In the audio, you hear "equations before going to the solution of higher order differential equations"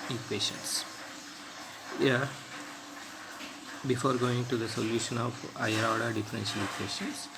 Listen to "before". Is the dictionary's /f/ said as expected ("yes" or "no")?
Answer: yes